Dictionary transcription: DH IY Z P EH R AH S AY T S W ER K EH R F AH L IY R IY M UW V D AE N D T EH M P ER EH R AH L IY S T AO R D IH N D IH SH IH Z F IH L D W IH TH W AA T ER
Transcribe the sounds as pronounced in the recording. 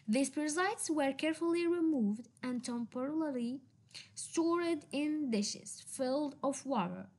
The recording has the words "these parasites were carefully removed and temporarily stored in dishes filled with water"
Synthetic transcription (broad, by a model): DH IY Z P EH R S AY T S W ER K EH R F AH L IY R IY M UW V D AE N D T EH M P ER R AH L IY S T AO R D IH N D IH SH IH Z F IH L D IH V W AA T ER